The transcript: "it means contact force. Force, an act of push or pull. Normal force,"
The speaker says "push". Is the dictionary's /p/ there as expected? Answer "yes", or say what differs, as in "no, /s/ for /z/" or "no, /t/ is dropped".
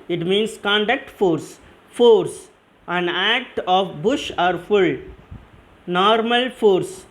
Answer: no, /b/ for /p/